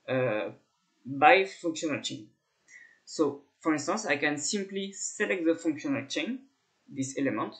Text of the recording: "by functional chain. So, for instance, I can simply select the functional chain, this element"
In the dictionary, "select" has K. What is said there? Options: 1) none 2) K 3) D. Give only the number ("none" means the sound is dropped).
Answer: 2